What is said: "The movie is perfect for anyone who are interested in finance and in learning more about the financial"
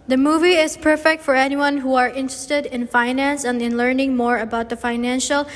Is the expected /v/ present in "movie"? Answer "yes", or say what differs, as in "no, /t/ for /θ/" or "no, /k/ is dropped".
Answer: yes